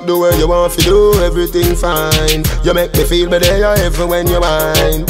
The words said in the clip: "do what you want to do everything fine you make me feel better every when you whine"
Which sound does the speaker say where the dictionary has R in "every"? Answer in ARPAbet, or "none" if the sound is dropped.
none